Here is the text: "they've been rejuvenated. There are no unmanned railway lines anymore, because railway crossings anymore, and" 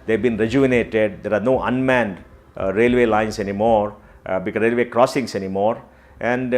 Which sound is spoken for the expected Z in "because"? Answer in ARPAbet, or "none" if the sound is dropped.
none